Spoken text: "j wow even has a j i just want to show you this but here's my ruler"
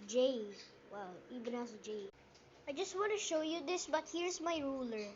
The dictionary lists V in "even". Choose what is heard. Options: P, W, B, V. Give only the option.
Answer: B